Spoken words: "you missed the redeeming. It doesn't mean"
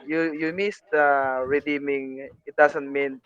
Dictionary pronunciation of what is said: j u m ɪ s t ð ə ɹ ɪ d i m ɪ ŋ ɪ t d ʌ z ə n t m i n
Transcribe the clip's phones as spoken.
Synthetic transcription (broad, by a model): j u m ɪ s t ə ɹ ɪ d i m ɪ ŋ ɪ t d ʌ s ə n t m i n